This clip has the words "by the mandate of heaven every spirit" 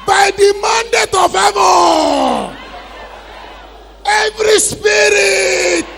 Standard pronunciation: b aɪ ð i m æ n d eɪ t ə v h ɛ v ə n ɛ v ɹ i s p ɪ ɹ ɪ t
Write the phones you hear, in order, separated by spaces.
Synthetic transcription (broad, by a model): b aɪ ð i m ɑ n d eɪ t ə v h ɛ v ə ɛ v ɹ i s p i ɹ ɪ t